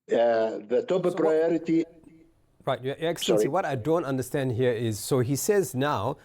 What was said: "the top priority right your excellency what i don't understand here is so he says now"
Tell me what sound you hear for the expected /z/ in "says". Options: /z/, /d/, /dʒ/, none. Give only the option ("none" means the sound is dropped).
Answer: /z/